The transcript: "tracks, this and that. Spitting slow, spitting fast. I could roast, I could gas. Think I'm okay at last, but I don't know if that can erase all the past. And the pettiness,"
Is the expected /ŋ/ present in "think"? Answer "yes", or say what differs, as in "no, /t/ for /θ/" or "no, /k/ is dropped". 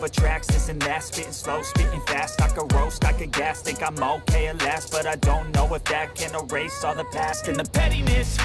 no, /ŋ/ is dropped